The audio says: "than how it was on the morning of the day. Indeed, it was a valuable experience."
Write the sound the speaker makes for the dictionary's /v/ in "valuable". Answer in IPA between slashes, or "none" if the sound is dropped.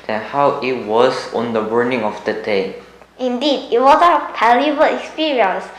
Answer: /p/